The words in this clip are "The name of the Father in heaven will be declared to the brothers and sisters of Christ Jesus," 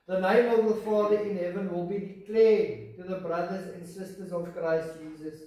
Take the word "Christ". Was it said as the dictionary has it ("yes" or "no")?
yes